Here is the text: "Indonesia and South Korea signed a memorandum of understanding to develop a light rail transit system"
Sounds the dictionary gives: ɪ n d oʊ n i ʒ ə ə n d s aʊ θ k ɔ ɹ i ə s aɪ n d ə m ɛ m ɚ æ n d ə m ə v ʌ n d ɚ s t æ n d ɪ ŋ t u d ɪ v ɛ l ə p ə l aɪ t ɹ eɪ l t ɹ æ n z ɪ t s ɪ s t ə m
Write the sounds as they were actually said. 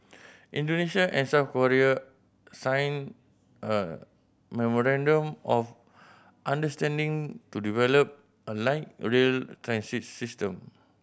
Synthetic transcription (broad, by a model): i n d oʊ n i ʃ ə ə n s aʊ f k ɔ ɹ i ə s aɪ n ə m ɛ m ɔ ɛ n d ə m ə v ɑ n d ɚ s t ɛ n d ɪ ŋ t u d ɪ v ɛ l ə p ə l aɪ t ɹ eɪ l t ɹ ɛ n s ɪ t s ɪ s t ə m